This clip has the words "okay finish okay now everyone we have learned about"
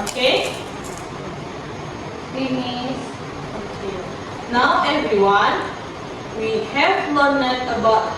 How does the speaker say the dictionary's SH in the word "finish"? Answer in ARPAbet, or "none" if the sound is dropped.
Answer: S